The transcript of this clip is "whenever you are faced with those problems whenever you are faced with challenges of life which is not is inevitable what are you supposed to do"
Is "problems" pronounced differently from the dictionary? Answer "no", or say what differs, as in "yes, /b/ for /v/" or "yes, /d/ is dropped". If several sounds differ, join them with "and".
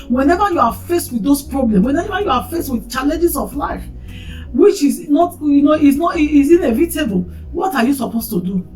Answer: yes, /z/ is dropped